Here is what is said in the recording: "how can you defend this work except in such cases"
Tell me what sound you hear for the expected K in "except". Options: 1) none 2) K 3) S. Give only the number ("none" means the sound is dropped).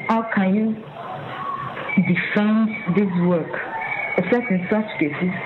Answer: 1